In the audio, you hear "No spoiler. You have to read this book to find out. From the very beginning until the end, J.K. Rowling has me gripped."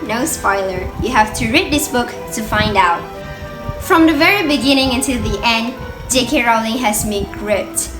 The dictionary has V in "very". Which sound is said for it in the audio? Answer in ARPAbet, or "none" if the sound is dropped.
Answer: V